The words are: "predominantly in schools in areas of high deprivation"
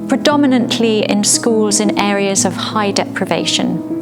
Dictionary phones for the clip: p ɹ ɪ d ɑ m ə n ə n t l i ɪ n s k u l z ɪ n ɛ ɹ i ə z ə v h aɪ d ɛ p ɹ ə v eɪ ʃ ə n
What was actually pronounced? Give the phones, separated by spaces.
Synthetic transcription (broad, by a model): p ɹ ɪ d ɑ m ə n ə n t l i ɪ n s k u l z ɪ n ɛ ɹ i ə z ə v h aɪ d ɛ p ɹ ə v eɪ ʃ ə n